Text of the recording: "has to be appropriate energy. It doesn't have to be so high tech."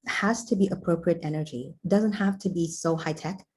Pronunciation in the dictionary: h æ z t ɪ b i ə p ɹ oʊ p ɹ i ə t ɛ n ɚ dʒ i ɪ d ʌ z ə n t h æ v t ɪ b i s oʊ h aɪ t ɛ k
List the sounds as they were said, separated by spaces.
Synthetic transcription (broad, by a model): h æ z t ɪ b i ə p ɹ oʊ p ɹ i ə t ɛ n ɚ dʒ i d ʌ z ə n t h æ f t ɪ b i s oʊ h aɪ t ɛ k